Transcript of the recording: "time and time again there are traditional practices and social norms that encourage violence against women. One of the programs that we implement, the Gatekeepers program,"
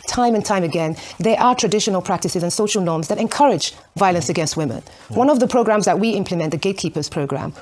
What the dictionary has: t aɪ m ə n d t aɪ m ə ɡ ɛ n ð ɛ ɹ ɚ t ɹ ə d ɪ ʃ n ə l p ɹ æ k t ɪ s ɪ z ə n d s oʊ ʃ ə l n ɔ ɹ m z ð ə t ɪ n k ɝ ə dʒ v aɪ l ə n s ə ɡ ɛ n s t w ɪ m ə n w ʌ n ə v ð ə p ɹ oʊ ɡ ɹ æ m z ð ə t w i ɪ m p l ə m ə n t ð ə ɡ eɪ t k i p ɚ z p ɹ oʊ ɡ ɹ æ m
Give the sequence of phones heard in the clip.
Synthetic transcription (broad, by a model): t aɪ m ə n t aɪ m ə ɡ ɛ n ð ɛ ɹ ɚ t ɹ ə d ɪ ʃ n ə l p ɹ æ k t ɪ s ɪ z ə n s oʊ ʃ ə l n ɔ ɹ m z ð ə t ɪ n k ɝ ə dʒ v aɪ l ə n s ə ɡ ɛ n s t w ɪ m ə n w ʌ n ə v ð ə p ɹ oʊ ɡ ɹ æ m z ð ə t w i ɪ m p l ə m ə n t ð ə ɡ eɪ t k i p ɚ z p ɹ oʊ ɡ ɹ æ m